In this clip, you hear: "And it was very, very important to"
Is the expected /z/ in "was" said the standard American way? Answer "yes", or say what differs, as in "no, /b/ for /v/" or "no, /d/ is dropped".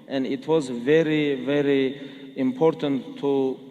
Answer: yes